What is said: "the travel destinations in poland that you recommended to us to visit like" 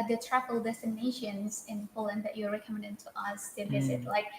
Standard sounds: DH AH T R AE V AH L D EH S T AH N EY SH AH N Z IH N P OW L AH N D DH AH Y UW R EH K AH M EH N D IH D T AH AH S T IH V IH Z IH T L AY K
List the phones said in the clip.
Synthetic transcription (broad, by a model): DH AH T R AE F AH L D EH S T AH N EY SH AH N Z IH N P OW L AH N D DH AH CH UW R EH K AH M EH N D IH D T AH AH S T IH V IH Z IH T L AY K